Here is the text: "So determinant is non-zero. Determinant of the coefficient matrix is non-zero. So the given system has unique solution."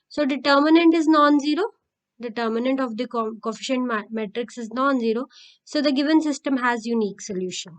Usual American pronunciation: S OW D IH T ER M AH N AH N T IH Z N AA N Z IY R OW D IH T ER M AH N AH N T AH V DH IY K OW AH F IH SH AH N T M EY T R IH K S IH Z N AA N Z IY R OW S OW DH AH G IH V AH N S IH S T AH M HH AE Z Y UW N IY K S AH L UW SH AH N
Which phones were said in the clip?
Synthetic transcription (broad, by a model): S OW D IH T ER M AH N AH N T IH Z N AA N Z IY R OW D IH T ER M AH N AH N T AH V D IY K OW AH F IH SH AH N T M EY T R IH K S IH Z N AA N Z IY R OW S OW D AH G IH V AH N S IH S T AH M HH AE Z Y UW N IY K S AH L UW SH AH N